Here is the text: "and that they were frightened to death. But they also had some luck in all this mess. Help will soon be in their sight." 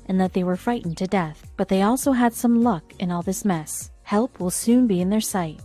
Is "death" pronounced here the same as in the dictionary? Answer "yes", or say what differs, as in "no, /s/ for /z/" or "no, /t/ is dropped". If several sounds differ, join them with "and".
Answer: yes